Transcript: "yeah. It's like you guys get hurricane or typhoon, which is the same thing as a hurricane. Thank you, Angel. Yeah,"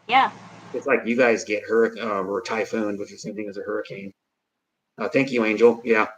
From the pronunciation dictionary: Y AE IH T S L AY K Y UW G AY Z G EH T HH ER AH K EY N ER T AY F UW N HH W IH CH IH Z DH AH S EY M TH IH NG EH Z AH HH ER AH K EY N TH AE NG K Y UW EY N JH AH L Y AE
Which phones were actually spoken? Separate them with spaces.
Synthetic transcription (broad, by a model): Y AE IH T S L AY K Y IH G AY Z G EH T HH ER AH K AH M ER T AY F UW N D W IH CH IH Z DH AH S EY M TH IH NG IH Z AH HH ER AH K EY N TH AE NG K Y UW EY N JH L Y AE